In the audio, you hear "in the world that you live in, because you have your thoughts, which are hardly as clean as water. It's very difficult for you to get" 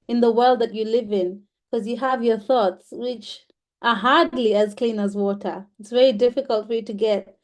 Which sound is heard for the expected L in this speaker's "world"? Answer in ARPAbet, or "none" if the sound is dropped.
L